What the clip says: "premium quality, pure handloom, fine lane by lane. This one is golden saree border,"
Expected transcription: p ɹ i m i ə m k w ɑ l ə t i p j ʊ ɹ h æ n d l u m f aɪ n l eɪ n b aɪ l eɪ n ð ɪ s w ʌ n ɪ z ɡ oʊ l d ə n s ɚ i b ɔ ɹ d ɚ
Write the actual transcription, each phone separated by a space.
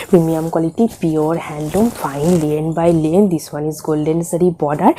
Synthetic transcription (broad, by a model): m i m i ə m k w ɑ l ə t i p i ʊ ɹ h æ n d u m f aɪ n l eɪ n b aɪ l eɪ n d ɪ s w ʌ n ɪ z ɡ oʊ l d ə n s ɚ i b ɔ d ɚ